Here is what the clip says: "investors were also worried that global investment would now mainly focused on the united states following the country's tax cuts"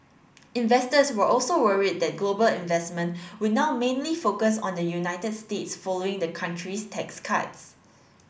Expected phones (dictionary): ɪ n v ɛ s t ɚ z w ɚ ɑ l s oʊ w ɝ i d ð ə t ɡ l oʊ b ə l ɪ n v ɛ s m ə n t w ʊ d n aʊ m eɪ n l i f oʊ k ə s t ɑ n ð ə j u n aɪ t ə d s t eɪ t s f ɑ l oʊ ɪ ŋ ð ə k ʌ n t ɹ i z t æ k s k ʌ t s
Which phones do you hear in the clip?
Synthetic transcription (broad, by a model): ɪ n v ɛ s t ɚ s w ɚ ɑ l s oʊ w ɝ i d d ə t ɡ l oʊ b ə l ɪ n v ɛ s m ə n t w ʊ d n aʊ m eɪ n l i f oʊ k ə s ɑ n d ə j u n aɪ t ə d s t eɪ t s f ɑ l oʊ ɪ ŋ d ə k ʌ n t ɹ i s t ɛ k s k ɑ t s